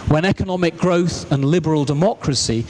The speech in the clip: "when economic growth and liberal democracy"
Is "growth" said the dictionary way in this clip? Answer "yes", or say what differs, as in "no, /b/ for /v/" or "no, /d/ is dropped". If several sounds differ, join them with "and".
yes